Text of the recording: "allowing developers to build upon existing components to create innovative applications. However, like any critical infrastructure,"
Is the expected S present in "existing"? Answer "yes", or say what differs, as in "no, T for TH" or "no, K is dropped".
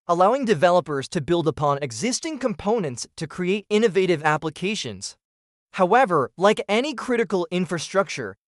yes